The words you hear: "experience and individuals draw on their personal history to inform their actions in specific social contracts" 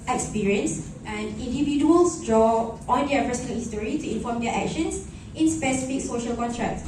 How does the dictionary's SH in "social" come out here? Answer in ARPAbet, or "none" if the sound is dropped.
SH